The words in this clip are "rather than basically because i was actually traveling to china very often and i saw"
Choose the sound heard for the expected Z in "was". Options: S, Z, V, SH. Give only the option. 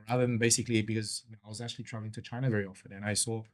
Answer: Z